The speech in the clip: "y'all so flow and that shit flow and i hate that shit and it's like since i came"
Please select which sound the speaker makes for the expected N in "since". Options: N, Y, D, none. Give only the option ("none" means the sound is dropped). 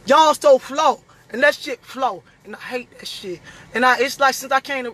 N